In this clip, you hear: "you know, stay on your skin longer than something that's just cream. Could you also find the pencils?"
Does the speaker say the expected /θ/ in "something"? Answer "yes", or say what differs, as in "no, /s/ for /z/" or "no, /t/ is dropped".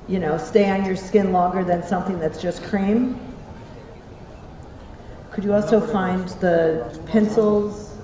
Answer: yes